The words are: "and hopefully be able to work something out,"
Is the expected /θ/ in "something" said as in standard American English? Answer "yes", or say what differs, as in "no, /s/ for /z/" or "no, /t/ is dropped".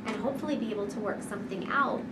yes